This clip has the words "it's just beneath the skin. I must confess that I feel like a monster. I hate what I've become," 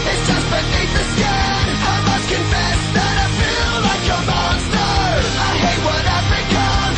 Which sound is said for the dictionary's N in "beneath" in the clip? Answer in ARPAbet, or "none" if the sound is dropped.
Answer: N